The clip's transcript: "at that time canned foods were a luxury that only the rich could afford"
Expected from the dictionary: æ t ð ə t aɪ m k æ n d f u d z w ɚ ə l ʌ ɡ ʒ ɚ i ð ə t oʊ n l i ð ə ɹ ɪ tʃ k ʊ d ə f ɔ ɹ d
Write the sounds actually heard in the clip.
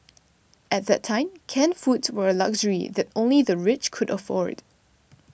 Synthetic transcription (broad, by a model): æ t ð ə t aɪ m k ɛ n f u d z w ɚ ə l ʌ ɡ ʒ ɚ i ð ə t oʊ n l i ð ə ɹ ɪ tʃ k ʊ d ə f ɔ ɹ d